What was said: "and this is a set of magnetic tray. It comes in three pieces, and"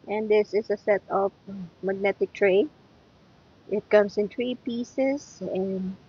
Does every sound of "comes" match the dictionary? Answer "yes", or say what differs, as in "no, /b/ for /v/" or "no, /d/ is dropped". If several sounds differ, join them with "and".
no, /s/ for /z/